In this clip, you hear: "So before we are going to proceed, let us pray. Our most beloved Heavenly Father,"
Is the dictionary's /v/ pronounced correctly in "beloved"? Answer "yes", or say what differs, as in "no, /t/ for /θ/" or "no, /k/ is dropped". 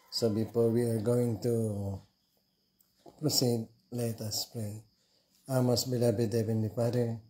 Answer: no, /b/ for /v/